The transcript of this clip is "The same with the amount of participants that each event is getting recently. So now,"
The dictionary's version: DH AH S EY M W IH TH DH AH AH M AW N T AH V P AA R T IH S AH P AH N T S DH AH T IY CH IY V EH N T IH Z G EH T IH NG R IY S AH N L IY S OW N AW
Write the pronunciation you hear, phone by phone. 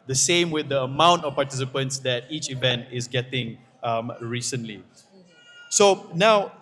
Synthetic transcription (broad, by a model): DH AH S EY M W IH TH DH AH AH M AW N T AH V P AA T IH S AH P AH N T S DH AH T IY CH IY V EH N T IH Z G EH T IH NG R IY S AH N L IY S OW N AW